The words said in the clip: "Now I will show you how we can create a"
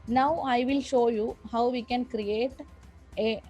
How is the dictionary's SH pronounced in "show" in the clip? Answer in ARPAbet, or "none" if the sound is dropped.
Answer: SH